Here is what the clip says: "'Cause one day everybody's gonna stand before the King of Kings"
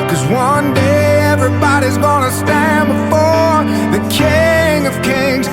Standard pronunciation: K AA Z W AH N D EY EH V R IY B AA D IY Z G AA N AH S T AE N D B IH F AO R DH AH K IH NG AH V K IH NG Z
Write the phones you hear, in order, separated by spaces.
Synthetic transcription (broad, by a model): K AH Z W AH N D EY EH V R IY B AA D IY Z G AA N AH S T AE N B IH F AO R DH AH K IH NG AH V K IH NG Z